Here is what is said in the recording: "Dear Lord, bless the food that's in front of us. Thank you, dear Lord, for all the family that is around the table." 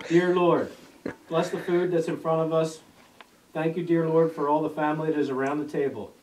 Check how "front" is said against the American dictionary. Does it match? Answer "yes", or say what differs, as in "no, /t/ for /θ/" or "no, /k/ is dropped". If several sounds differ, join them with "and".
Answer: no, /n/ is dropped